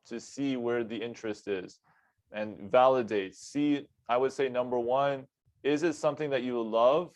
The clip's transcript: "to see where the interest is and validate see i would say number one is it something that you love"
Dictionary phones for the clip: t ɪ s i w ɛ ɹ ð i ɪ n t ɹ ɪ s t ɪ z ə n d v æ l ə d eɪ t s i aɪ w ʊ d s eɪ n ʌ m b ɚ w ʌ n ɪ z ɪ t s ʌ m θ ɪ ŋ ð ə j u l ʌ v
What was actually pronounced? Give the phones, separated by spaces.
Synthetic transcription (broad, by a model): t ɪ s i w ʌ ɹ ð i ɪ n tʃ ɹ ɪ s t ɪ z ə n v æ l ə d eɪ t s i aɪ w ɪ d s eɪ n ʌ m b ɚ w ʌ n ɪ z ɪ t s ʌ m θ ɪ ŋ ð ə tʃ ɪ l ʌ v